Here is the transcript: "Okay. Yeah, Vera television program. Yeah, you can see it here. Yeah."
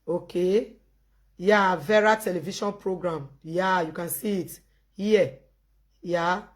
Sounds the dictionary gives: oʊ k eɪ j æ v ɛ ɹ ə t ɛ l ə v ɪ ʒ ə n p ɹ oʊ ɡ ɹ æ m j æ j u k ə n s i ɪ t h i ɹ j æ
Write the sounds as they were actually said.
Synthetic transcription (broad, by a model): oʊ k eɪ j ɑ v ɛ ɹ ə t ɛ l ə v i ʃ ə n p ɹ oʊ ɡ ɹ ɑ m j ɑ j u k ə n s i ɪ t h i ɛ j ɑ